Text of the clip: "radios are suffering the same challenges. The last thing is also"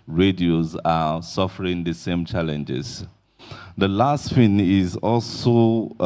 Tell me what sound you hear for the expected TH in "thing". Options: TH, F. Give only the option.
F